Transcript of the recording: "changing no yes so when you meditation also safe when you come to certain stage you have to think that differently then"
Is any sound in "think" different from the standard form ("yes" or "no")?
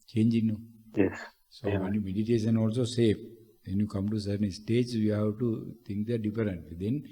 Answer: yes